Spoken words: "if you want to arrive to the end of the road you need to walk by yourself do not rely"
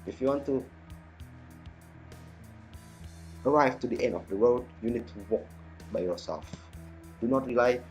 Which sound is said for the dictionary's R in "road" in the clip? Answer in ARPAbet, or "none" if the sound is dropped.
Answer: W